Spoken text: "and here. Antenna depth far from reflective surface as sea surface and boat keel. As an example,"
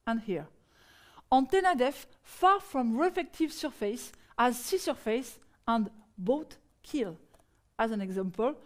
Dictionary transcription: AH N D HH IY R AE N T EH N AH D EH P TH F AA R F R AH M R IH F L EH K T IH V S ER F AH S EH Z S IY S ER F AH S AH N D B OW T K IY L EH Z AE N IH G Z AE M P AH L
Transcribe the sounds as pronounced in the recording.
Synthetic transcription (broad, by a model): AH N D HH IY R AE N T EH N AH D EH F F AA R F R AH M R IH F EH K T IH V S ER F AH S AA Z S IY S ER F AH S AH N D B OW T K IY L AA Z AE N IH G Z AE M P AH L